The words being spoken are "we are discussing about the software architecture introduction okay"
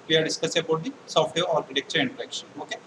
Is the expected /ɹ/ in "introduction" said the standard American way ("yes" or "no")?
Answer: no